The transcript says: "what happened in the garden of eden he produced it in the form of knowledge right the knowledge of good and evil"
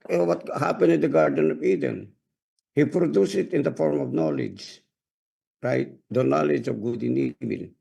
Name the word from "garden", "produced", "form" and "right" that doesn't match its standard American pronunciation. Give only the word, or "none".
produced